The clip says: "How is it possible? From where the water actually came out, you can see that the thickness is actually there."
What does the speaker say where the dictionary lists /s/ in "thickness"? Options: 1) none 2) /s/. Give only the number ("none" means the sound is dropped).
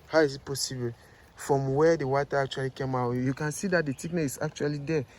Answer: 1